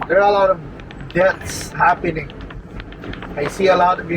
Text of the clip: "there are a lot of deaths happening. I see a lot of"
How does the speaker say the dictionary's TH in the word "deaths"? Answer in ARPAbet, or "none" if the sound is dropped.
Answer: T